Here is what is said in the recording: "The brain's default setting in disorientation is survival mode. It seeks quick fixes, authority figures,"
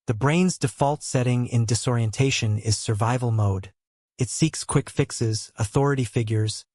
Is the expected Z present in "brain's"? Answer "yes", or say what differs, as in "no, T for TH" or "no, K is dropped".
yes